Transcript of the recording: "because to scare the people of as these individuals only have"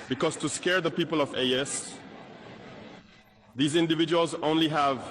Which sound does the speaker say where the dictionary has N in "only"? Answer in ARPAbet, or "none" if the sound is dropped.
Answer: N